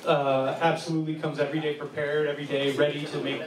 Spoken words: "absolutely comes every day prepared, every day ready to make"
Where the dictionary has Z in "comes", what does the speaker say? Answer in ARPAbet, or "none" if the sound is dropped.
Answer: Z